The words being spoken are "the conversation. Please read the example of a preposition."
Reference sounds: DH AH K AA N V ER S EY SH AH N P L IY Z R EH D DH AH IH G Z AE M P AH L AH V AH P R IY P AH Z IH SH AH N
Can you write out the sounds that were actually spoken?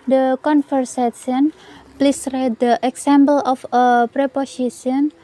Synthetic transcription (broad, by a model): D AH K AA N F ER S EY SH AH N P L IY S R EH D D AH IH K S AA M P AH L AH F AH P R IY P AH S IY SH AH N